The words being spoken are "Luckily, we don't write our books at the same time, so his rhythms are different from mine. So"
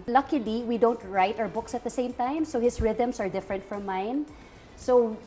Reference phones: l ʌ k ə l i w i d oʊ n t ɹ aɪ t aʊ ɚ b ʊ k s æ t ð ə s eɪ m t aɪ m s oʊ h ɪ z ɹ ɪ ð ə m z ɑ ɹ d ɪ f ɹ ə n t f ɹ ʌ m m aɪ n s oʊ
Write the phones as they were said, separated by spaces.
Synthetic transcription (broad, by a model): l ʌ k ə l i w i d oʊ n t ɹ aɪ t aʊ ɚ b ʊ k s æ t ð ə s eɪ m t aɪ m s oʊ h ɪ s ɹ ɪ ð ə m s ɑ ɹ d ɪ f ɹ ə n t f ɹ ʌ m m aɪ n s oʊ